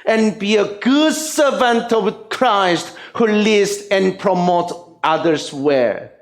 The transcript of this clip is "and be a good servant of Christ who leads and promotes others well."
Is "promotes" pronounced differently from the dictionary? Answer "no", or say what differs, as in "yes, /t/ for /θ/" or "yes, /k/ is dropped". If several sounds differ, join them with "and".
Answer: yes, /s/ is dropped